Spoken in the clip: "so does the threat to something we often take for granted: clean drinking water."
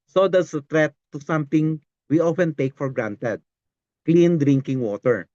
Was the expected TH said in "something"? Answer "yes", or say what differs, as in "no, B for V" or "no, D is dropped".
no, T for TH